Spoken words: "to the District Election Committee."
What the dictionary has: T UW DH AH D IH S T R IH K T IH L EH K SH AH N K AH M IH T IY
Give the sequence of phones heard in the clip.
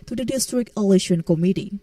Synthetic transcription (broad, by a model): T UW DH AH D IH S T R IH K IH L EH SH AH N K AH M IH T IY